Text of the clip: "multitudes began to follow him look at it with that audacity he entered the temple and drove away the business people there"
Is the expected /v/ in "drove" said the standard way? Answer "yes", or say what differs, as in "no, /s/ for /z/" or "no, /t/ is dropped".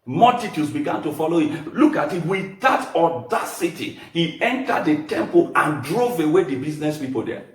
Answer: yes